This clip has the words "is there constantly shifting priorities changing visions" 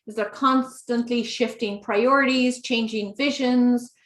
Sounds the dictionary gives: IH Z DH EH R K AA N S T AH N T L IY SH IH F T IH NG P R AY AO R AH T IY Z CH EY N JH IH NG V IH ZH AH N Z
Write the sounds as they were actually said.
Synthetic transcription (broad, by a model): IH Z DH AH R K AA N S T AH N T L IY SH IH F T IH NG P R AY AO R AH T IY Z CH EY N JH IH NG V IH ZH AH N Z